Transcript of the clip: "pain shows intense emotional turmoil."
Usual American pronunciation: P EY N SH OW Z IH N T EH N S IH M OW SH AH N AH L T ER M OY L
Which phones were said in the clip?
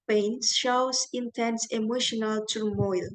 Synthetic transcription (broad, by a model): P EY N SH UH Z IH N T EH N S IH M OW SH AH N AH L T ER M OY L